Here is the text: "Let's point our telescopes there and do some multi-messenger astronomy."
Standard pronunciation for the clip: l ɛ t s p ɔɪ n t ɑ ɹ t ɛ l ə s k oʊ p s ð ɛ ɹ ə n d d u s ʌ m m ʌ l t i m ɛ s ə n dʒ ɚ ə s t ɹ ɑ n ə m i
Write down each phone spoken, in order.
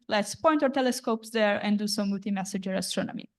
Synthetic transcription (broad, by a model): l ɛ t s p ɔɪ n t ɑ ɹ t ɛ l ə s k oʊ p s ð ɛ ɹ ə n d d u s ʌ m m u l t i m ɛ s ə dʒ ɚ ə s t ɹ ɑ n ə m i